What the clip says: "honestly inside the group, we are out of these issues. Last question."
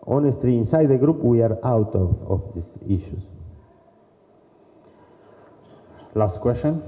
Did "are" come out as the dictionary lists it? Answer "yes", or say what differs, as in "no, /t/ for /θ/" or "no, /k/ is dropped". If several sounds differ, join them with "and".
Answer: yes